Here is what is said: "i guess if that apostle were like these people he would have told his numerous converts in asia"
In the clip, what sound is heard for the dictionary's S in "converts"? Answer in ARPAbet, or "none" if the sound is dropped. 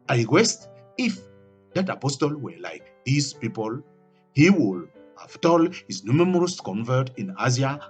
none